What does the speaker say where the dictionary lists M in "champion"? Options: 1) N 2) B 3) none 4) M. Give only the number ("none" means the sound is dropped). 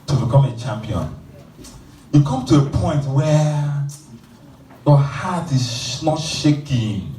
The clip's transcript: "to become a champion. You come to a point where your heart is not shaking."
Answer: 4